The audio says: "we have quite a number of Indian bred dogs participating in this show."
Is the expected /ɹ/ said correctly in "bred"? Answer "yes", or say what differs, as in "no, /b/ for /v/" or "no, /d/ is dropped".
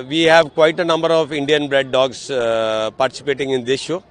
yes